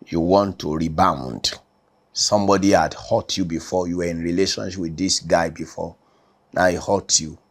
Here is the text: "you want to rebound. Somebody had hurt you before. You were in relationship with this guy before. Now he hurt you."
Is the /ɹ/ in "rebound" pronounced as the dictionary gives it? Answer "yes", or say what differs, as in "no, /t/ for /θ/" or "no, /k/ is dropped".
yes